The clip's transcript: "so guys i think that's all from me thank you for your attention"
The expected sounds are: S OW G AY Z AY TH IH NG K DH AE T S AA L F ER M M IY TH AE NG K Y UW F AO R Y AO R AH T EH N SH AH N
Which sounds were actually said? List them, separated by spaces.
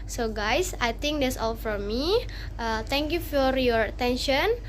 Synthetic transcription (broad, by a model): S OW G AY S AY T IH NG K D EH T S AA L F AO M M IY T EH NG K Y UW F AO R Y AO R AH T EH N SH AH N